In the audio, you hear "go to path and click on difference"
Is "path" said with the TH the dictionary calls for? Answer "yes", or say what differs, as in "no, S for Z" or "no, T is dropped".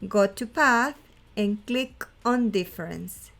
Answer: yes